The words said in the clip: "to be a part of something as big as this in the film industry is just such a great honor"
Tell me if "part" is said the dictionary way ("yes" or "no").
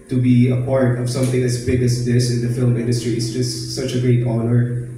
yes